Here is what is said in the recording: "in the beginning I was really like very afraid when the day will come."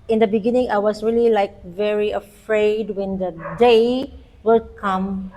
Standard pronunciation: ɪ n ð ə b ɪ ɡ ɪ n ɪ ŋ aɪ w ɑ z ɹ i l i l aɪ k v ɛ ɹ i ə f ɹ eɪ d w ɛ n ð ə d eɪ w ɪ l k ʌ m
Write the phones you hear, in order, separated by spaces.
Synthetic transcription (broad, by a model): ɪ n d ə b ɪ ɡ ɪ n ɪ ŋ aɪ w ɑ s ɹ i l i l aɪ k v ɛ ɹ i ə f ɹ eɪ d w ɛ n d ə d eɪ w ɪ l k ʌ m